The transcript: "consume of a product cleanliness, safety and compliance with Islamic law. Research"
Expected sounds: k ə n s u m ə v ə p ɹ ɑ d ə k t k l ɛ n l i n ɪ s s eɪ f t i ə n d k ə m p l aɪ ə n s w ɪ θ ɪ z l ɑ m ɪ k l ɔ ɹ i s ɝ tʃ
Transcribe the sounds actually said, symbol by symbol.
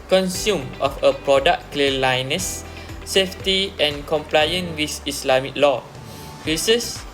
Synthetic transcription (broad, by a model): k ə n s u m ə f ə p ɹ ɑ d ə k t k l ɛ l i n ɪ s s eɪ f t i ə n k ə m p l aɪ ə n w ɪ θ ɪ s l ɑ m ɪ k l ɔ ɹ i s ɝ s